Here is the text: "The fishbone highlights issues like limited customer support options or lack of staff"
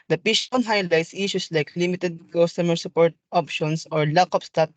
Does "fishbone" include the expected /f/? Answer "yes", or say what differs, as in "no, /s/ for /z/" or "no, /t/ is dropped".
no, /p/ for /f/